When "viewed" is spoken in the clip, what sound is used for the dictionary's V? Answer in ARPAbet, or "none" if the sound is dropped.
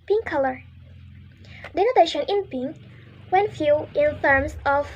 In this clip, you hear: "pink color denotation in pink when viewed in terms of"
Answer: F